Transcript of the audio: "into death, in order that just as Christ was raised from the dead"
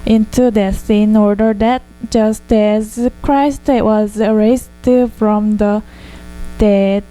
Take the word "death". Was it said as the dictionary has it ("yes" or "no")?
no